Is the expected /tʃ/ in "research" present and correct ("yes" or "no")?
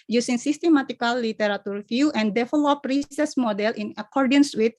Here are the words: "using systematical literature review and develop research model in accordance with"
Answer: no